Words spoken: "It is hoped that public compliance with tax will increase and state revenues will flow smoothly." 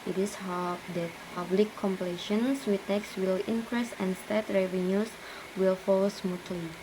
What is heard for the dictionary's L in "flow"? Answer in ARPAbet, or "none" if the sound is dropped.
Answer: none